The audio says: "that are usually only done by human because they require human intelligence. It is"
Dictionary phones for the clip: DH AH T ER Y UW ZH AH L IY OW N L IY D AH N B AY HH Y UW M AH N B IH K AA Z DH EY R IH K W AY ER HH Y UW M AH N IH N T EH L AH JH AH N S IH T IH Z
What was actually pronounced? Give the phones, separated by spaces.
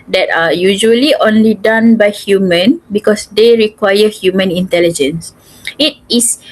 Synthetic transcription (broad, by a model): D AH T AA Y UW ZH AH L IY OW N L IY D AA N B AY HH Y UW M AH N B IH K AA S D EY R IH K W AY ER HH Y UW M AH N IH N T EH L AH JH AH N S IH T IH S